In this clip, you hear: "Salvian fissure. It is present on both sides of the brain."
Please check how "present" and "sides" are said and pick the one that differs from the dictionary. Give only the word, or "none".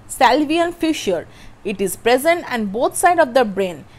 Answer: sides